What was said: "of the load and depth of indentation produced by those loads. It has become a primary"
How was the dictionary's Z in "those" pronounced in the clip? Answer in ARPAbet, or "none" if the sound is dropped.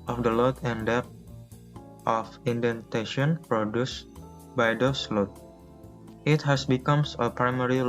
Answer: S